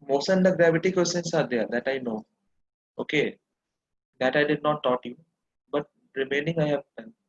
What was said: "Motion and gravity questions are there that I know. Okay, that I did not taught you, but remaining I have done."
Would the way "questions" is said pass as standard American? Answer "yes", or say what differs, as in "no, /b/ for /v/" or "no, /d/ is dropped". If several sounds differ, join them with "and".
no, /tʃ/ is dropped and /s/ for /z/